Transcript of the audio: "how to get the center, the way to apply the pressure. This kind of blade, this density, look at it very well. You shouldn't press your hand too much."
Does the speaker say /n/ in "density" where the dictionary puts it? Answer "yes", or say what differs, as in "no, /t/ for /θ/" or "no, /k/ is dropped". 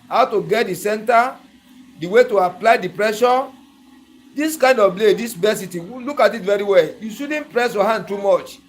no, /n/ is dropped